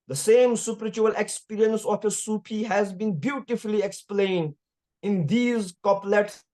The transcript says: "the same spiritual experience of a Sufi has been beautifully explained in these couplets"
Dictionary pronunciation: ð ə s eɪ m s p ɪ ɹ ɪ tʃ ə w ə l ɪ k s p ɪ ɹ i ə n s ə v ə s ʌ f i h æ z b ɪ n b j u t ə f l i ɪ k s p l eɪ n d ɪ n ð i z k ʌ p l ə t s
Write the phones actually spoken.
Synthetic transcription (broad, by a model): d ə s eɪ m s p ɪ ɹ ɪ tʃ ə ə l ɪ k s p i ɹ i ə n s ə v ə s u p i h æ z b ɪ n b j u t ə f l i ɪ k s p l eɪ n d ɪ n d i z k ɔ p l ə t s